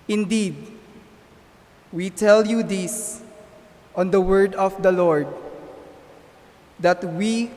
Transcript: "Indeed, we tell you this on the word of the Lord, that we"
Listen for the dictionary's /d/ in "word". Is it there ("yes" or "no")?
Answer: yes